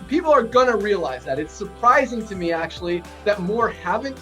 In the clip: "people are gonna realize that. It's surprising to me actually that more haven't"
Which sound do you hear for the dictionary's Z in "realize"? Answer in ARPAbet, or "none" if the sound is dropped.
Z